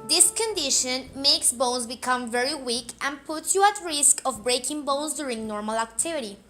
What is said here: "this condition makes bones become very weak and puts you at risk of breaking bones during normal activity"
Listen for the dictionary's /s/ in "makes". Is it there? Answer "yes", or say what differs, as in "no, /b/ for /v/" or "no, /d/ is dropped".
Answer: yes